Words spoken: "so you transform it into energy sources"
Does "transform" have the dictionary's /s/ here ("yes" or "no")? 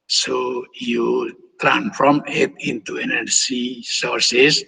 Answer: no